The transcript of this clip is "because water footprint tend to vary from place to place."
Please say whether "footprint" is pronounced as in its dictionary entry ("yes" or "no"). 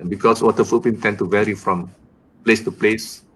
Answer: no